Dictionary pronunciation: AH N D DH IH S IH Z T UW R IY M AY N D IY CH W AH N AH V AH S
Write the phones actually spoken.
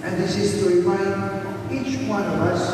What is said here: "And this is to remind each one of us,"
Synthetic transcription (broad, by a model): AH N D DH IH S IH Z T UW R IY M AY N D IY CH W AH N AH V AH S